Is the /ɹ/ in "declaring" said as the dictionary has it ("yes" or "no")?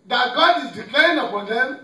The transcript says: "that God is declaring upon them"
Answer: no